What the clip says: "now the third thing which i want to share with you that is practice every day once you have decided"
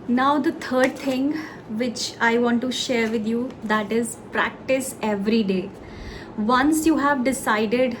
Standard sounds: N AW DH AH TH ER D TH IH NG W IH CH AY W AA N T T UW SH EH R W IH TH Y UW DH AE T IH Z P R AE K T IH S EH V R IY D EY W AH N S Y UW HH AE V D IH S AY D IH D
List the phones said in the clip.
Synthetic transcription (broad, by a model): N AW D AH T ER D T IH NG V IH CH AY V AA N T T UW SH EH R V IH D Y UW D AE T IH Z P R AE K T IH S EH V R IY D EY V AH N S Y UW HH AE V D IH S AY D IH D